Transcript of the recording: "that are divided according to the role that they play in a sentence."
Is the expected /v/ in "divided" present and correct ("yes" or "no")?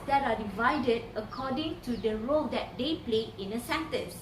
yes